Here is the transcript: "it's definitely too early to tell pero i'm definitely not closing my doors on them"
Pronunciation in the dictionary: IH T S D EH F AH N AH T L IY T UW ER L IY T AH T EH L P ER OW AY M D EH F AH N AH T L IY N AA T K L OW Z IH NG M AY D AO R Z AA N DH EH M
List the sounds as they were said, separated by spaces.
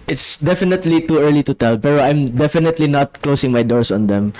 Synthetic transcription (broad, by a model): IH T S D EH F AH N AH T L IY T UW ER L IY T AH T EH L P ER OW AY M D EH F AH N AH T L IY N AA T K L OW S IH NG M AY D AO R S AA N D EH M